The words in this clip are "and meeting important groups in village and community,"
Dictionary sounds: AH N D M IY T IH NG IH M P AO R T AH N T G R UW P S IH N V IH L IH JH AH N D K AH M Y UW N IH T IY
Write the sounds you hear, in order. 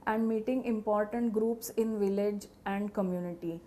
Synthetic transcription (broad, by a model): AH N D M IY T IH NG IH M P AO R T AH N T G R UW P S IH N V IH L IH JH AH N D K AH M Y UW N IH T IY